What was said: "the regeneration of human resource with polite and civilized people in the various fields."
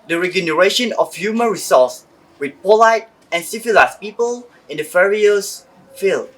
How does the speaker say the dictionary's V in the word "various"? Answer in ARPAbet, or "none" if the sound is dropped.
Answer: F